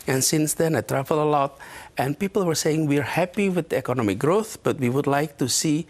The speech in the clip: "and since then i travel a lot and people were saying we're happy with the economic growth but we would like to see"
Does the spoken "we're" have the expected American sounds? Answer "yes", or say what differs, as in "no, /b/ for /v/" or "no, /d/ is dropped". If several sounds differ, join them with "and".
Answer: yes